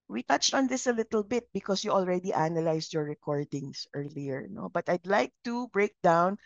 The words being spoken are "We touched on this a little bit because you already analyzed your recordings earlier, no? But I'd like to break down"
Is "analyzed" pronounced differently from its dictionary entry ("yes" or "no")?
yes